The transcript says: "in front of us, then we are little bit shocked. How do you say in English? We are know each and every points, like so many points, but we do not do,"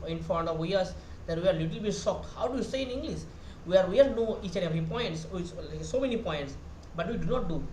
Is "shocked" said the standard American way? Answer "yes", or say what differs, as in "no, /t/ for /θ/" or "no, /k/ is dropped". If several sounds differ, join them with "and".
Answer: no, /s/ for /ʃ/